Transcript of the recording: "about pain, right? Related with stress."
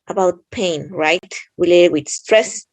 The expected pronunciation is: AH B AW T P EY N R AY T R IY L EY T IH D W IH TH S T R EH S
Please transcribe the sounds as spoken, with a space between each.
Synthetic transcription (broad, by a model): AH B AW T P EY N R AY T W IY L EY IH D W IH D S T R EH S